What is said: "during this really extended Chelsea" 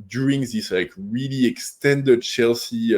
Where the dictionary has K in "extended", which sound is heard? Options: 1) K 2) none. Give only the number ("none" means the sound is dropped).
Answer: 1